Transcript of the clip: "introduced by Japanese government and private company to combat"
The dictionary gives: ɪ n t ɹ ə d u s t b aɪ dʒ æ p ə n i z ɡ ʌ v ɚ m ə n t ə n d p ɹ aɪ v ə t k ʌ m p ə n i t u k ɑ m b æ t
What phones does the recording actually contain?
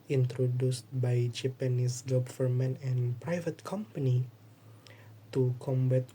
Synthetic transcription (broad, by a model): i n t ɹ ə d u s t b aɪ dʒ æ p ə n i s ɡ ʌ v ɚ m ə n ə n p ɹ aɪ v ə t k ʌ m p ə n i t u k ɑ m b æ t